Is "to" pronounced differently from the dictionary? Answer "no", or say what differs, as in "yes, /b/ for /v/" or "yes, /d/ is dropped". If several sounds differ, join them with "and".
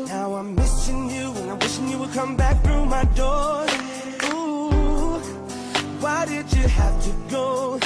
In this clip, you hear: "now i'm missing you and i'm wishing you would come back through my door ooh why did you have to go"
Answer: no